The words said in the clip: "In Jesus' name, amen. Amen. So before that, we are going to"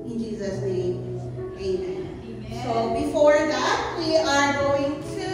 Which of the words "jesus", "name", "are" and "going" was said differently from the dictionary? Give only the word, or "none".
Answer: name